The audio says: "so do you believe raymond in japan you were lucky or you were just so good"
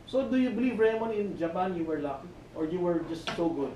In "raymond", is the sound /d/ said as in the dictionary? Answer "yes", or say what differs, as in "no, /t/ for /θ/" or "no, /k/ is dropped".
no, /d/ is dropped